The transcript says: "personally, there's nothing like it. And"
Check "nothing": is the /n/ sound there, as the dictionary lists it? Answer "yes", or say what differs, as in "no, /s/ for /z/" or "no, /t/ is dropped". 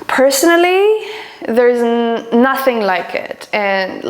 yes